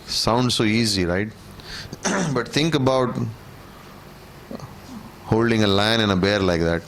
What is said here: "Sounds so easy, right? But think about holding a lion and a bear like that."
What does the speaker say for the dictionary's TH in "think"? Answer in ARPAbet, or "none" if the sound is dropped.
T